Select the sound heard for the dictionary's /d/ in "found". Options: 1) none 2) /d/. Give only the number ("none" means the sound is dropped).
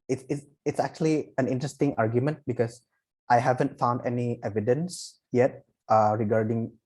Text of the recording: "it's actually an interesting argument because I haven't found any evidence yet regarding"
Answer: 2